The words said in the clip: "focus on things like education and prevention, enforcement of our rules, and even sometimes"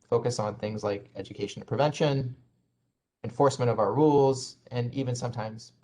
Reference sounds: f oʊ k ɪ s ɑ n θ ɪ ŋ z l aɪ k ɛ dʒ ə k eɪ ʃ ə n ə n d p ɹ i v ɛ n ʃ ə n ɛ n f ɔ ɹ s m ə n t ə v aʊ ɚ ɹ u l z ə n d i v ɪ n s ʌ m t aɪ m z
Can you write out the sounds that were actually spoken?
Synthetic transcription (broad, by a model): f oʊ k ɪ s n θ ɪ ŋ z l aɪ k ɛ dʒ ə k eɪ ə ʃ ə n p ɹ i v ɛ n ʃ ə n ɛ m f ɔ ɹ s m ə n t ə v aʊ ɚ ɹ u l z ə n i v ɪ n s ʌ m t aɪ m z